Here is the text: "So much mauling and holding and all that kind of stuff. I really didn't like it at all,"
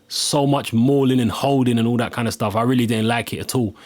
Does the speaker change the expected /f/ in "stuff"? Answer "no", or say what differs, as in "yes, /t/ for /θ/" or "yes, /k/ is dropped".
no